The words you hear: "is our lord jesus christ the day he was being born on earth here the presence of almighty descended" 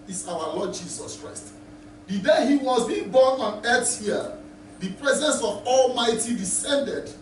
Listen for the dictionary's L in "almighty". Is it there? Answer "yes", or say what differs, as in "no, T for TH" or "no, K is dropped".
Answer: yes